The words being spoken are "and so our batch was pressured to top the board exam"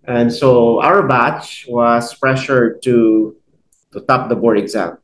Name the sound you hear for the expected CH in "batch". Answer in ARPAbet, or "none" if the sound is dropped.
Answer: CH